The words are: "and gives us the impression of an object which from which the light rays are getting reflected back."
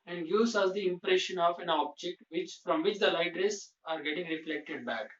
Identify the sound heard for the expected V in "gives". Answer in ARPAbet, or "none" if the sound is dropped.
none